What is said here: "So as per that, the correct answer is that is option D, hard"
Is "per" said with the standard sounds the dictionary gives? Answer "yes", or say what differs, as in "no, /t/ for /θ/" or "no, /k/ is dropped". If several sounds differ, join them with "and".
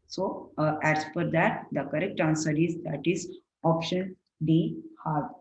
no, /f/ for /p/